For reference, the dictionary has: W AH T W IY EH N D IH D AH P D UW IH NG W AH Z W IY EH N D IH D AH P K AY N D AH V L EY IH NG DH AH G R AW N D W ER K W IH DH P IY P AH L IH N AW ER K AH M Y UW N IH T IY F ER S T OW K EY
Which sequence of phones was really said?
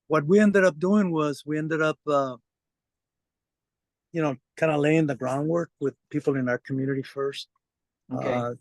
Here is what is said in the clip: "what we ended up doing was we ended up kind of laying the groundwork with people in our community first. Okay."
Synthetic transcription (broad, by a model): W AH T W IY EH N D IH D AH P D UW IH NG W AH Z W IY EH N D IH D AH P K AY N D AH L EY IH NG DH AH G R AW N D W ER K W IH DH P IY P L IH N AW ER K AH M Y UW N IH T IY F ER S T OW